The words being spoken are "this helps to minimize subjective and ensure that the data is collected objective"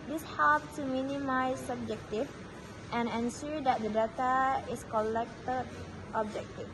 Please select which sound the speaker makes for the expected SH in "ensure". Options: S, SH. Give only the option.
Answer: S